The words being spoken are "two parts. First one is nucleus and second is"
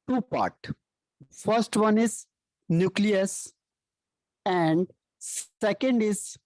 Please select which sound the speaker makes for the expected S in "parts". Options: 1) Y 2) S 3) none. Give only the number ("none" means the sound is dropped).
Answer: 3